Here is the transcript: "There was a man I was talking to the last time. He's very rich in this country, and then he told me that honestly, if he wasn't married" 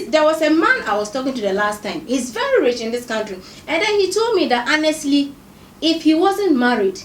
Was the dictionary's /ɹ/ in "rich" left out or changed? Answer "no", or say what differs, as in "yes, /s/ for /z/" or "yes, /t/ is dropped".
no